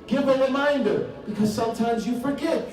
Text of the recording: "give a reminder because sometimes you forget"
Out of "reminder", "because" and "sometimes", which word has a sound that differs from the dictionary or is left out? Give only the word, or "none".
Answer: none